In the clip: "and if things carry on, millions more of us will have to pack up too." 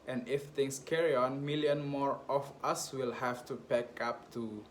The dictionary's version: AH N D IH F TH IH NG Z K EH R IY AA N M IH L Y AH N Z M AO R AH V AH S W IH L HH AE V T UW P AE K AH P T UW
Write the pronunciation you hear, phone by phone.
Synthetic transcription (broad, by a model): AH N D IH F T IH NG S K EH R IY AA N M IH L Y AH N M AO R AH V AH S W IH L HH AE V T UW B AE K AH P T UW